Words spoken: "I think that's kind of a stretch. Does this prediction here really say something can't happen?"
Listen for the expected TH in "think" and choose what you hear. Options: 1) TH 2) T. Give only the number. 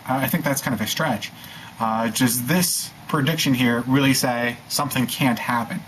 1